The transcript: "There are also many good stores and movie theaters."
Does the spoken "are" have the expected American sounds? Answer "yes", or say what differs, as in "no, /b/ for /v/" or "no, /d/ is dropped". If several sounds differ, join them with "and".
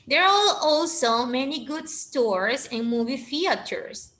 no, /l/ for /ɹ/